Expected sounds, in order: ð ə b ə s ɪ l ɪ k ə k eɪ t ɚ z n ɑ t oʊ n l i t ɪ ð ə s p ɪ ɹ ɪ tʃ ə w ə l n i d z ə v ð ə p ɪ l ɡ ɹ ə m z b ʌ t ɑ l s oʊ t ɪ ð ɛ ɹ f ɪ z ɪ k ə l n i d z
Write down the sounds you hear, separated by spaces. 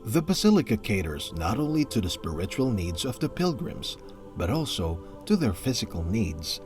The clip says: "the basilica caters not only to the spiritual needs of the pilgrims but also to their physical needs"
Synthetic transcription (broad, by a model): ð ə b ə s ɪ l ɪ k ə k eɪ t ɚ z n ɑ t oʊ n l i t ɪ ð ə s p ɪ ɹ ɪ tʃ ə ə l n i d z ə v ð ə p ɪ l ɡ ɹ ə m z b ʌ t ɑ l s oʊ t ɪ ð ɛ ɹ f ɪ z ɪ k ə l n i d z